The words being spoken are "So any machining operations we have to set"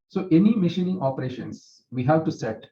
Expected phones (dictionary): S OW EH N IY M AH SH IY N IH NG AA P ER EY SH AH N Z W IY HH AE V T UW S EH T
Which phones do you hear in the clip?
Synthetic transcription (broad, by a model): S OW EH N IY M AH SH IY N IH NG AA P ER EY SH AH N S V IY HH AE V T UW S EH T